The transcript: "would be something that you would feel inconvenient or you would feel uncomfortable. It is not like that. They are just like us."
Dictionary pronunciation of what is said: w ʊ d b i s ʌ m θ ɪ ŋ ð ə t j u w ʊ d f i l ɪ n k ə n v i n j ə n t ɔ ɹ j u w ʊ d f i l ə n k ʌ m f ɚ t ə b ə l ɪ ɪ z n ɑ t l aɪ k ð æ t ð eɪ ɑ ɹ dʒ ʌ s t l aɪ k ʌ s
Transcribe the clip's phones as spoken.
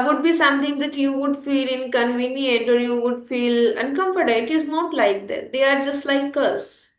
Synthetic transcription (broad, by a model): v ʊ d b i s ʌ m t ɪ ŋ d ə t j u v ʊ d f i l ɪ n k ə n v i n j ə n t ɔ ɹ j u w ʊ d f i l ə n k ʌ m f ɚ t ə ə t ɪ ɪ z n ɑ t l aɪ k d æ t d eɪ ɑ ɹ dʒ ʌ s t l aɪ k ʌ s